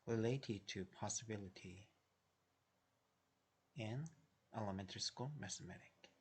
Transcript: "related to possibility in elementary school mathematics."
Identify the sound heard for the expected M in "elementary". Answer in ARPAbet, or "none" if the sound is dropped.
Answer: M